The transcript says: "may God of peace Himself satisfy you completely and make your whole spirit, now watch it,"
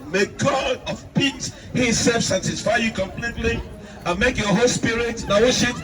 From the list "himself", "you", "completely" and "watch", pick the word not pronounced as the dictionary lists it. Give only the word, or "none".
watch